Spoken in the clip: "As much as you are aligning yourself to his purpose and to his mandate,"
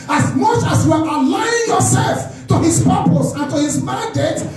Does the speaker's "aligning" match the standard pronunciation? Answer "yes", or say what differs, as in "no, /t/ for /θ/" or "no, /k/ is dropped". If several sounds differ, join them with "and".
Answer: no, /n/ is dropped